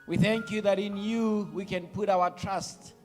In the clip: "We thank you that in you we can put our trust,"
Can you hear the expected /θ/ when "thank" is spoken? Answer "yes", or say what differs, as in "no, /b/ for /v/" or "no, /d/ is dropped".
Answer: yes